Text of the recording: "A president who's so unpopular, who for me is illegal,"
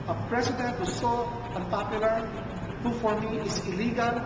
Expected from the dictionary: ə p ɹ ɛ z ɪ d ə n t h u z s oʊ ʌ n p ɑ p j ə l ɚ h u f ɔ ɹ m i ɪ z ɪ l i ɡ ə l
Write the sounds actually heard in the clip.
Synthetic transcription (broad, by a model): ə p ɹ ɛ s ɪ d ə n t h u s oʊ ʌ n p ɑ p j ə l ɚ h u f ɔ ɹ m i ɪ s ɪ l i ɡ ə l